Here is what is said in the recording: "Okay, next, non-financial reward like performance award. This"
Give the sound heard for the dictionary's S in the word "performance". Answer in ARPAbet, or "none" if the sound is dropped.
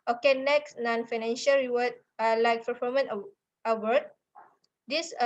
none